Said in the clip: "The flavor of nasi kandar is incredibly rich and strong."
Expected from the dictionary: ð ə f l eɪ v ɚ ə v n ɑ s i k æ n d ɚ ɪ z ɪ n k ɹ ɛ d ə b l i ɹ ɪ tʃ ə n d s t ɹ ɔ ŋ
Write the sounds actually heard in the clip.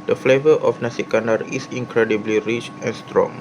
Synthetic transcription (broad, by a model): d ə f l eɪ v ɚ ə f n ɑ s i k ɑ n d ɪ s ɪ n k ɹ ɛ d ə b l i ɹ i tʃ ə n s t ɹ ɔ ŋ